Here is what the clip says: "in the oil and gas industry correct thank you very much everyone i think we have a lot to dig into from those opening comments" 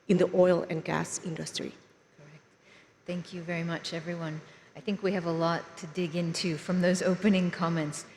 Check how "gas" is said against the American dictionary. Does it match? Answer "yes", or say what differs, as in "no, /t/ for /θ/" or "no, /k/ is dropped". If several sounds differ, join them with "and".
yes